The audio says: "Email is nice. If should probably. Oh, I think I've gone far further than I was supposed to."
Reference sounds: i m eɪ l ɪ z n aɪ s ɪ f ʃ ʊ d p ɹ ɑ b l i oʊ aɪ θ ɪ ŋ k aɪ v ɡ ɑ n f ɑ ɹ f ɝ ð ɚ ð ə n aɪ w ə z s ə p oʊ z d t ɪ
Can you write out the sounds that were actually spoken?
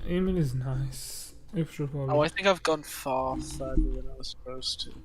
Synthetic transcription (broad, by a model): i m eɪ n ɪ z n aɪ s ɪ f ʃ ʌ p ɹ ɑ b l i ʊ aɪ θ ɪ ŋ k aɪ v ɡ ɑ n f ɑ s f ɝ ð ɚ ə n aɪ w ə z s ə p oʊ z t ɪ